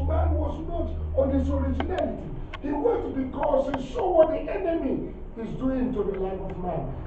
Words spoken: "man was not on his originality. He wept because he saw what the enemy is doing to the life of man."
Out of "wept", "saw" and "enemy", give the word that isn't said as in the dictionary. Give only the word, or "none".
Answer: wept